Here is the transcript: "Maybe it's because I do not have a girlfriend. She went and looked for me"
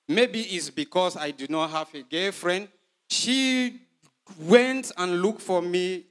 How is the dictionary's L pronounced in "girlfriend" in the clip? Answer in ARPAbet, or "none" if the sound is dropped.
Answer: none